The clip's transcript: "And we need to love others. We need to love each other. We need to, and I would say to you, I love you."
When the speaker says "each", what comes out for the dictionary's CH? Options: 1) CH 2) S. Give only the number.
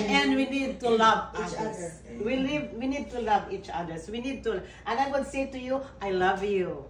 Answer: 1